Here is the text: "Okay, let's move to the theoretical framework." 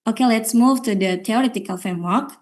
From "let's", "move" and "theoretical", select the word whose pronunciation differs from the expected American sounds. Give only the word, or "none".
theoretical